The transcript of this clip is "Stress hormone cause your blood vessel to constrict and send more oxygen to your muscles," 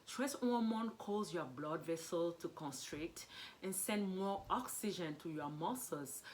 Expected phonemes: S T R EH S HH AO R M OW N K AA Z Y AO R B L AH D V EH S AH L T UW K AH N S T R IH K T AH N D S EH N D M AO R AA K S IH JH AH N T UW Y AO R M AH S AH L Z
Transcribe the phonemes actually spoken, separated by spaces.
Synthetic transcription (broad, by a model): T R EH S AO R M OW N K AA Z Y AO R B L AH D V EH S AH L T UW K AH N S T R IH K T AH N S EH N D M AO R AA K S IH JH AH N T UW Y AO M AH S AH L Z